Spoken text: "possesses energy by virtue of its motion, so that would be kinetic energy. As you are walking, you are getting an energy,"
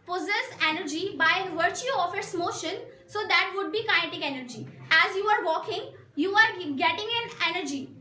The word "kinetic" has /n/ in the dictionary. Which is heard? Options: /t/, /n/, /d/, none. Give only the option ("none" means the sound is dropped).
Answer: none